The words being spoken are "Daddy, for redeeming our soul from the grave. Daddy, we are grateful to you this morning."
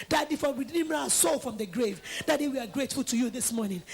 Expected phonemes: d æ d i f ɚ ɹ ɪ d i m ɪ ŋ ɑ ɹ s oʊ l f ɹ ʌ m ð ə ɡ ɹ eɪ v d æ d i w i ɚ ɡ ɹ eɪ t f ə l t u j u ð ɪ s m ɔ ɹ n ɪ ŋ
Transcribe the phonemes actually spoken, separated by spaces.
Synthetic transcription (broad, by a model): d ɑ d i f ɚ w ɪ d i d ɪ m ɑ s oʊ l f ɹ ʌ m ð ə ɡ ɹ eɪ v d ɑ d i w i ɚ ɡ ɹ eɪ t f ə l t u j u ð ɪ s m ɔ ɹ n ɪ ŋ